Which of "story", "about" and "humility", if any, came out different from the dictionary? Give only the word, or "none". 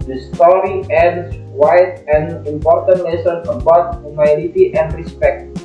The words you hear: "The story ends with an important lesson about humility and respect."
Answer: humility